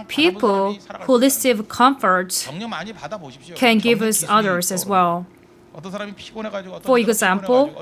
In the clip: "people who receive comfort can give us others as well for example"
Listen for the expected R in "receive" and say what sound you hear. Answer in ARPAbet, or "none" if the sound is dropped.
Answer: L